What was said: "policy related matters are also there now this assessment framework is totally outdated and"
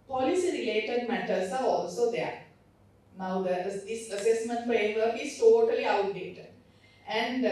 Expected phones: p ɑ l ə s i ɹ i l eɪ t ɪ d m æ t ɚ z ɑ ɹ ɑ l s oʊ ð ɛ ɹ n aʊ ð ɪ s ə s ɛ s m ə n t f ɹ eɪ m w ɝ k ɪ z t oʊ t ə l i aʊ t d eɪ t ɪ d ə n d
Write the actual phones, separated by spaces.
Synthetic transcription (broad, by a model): p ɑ l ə s i ɹ i l eɪ t ɪ d m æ t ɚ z ɑ ɹ ɑ l s oʊ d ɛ ɹ n aʊ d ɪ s ə s ɛ s m ə n t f eɪ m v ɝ ɪ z t oʊ t ə l i aʊ t d eɪ t ɪ d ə n d